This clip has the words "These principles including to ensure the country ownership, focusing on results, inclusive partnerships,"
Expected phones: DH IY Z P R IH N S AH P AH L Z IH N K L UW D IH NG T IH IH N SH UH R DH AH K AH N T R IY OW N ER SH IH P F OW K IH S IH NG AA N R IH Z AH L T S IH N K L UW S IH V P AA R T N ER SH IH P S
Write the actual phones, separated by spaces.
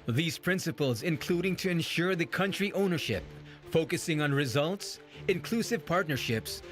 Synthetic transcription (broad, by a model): DH IY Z P R IH N S AH P AH L Z IH N K L UW D IH NG T IH IH N SH UH R DH AH K AH N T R IY OW N ER SH IH P F OW K IH S IH NG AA N R IH Z AH L T S IH N K L UW S IH V P AA R T N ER SH IH P S